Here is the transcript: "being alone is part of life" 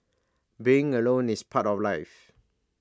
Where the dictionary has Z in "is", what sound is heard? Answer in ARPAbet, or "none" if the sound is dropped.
S